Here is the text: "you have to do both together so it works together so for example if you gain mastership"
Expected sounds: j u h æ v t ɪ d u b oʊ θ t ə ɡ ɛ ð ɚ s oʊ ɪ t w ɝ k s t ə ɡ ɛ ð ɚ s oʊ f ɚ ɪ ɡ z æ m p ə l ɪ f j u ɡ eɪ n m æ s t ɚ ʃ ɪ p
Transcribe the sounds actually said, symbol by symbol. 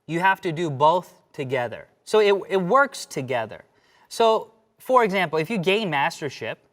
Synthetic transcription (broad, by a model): j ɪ h æ f t ɪ d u b oʊ θ t ə ɡ ɛ ð ɚ s oʊ ɪ t w ɝ k s t ə ɡ ɛ ð ɚ s oʊ f ɚ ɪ ɡ z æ m p l ɪ f j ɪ ɡ eɪ n m æ s t ɚ ʃ ɪ p